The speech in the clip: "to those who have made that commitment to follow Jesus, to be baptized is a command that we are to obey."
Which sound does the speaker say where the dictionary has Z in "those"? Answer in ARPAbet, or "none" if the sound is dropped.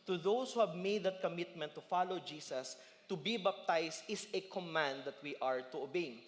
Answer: S